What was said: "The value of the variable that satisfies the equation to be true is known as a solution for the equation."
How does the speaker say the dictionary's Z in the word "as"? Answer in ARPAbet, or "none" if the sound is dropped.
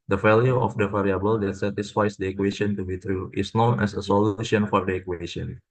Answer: S